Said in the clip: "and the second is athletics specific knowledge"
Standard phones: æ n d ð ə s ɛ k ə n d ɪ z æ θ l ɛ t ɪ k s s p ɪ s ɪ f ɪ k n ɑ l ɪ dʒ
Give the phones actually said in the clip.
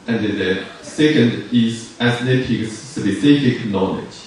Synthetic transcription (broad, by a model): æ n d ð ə s ɛ k ə n d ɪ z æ s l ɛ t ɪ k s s b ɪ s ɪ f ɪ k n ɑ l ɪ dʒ